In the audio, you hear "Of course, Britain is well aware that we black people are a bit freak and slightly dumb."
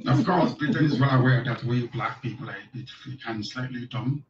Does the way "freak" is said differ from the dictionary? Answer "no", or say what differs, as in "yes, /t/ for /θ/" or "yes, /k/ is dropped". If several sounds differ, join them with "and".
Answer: yes, /l/ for /ɹ/